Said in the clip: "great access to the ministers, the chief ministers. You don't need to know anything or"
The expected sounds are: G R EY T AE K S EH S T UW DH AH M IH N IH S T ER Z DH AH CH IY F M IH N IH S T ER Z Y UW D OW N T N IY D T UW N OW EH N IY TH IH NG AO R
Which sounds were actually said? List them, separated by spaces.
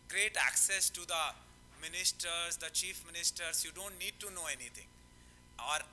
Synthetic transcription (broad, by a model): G R EY T AE K S EH S T UW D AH M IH N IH S T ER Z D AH CH IY F M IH N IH S T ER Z Y UW D OW N T N IY D T UW N OW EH N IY T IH NG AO R